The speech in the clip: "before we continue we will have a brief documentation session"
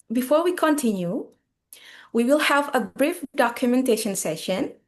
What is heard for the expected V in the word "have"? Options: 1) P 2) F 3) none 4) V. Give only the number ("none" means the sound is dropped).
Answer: 4